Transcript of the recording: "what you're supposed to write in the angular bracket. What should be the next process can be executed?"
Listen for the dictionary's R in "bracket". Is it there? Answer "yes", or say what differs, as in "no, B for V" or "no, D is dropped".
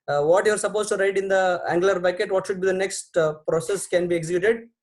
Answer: no, R is dropped